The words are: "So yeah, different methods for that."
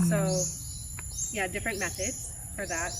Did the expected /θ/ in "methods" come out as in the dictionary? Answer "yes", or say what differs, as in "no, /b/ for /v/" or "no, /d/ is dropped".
no, /s/ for /θ/